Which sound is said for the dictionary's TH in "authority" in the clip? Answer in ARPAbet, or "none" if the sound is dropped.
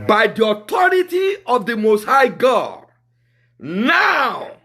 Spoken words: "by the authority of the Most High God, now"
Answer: T